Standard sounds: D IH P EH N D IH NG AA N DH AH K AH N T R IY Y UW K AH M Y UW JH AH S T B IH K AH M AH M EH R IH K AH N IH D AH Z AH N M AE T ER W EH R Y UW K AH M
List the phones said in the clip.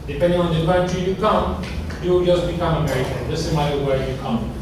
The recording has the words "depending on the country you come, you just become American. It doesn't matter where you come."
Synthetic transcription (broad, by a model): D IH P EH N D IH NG AA N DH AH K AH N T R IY Y UW K AH M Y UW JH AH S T B IH K AH M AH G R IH AH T IH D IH S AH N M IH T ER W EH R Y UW K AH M